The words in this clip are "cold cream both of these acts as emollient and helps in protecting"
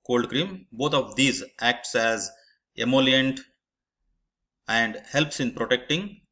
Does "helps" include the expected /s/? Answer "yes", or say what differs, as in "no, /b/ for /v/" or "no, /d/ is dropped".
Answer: yes